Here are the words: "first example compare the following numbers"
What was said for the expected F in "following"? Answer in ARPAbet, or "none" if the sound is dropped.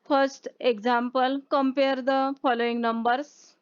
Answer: P